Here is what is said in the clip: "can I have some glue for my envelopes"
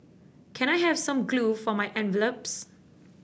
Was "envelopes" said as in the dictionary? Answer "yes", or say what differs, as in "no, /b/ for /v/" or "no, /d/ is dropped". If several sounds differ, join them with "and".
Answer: yes